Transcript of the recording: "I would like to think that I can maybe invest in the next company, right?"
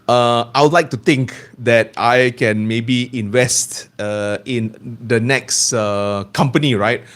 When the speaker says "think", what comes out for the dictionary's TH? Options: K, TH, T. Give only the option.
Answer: T